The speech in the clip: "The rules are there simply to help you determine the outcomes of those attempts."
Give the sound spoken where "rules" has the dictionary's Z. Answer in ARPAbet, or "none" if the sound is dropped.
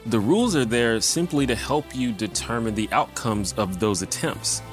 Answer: Z